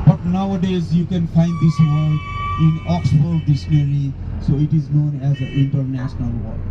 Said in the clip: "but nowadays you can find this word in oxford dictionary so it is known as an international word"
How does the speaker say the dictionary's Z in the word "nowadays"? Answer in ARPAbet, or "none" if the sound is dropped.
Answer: Z